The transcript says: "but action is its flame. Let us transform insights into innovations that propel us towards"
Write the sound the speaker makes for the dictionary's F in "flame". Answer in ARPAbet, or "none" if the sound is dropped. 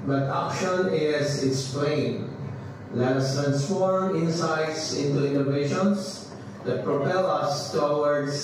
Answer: P